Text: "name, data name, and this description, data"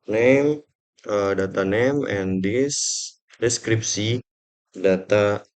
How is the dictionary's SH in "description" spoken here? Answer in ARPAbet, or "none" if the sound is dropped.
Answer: S